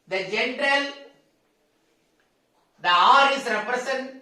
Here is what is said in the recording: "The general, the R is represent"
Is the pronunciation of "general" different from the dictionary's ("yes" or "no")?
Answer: no